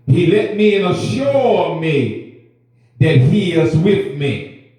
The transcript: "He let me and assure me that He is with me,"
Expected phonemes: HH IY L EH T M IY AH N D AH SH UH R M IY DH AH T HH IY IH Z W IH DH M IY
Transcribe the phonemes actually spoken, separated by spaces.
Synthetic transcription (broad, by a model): HH IY L EH T M IY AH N AH SH UH R M IY DH AH T HH IY IH Z W IH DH M IY